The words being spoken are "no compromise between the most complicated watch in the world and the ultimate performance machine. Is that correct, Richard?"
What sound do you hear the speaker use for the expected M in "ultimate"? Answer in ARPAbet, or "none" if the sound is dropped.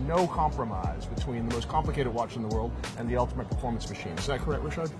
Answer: M